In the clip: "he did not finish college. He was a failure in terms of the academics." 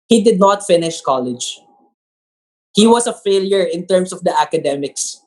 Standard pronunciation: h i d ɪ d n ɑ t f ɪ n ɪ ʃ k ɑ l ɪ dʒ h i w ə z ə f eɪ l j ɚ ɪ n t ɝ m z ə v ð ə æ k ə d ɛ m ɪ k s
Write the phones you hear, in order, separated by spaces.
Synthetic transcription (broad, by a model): h i d ɪ d n ɑ t f ɪ n ɪ ʃ k ɑ l ɪ dʒ h i w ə s ə f eɪ l j ɚ ɪ n t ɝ m s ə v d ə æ k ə d ɛ m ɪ k s